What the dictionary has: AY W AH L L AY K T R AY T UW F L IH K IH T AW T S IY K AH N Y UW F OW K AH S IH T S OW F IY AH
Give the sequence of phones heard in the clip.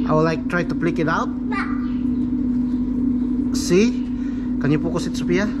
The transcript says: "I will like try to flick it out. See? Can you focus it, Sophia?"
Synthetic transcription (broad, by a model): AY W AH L L AY K T R AY T UW P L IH K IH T AW T S IY K AH N Y UW P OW K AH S IH T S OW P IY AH